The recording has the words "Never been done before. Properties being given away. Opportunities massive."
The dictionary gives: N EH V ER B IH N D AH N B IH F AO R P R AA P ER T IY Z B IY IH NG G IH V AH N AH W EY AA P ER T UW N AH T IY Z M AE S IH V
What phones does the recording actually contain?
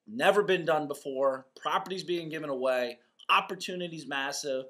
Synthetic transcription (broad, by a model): N EH V ER B IH N D AH N B IH F AO R P R AA P ER T IY Z B IY IH NG G IH V AH N AH W EY AA P ER T UW N AH T IY Z M AE S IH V